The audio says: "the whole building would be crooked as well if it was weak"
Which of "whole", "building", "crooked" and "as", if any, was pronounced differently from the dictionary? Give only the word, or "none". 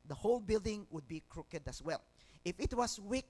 as